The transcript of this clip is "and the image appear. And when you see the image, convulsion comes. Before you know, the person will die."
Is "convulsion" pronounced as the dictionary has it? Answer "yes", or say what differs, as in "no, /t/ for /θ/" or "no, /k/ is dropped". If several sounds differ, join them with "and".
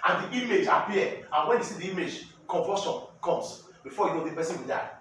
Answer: no, /l/ is dropped